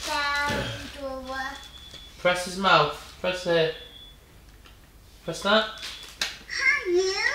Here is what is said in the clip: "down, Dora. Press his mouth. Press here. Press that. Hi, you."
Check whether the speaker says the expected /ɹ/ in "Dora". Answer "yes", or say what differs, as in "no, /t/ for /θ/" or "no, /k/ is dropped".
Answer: no, /w/ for /ɹ/